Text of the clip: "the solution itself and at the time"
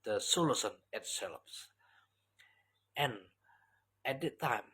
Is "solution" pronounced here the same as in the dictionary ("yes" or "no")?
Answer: no